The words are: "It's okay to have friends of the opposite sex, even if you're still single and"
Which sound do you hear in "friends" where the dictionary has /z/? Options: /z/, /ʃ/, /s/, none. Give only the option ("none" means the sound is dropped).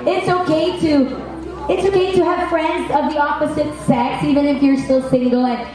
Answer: /z/